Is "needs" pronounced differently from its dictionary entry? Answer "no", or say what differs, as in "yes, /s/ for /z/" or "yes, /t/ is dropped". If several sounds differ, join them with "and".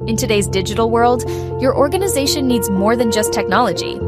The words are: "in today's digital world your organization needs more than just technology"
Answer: no